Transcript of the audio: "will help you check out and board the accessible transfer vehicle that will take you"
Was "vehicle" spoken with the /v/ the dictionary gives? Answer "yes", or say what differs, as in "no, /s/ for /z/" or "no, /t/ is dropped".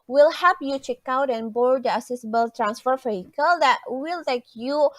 no, /f/ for /v/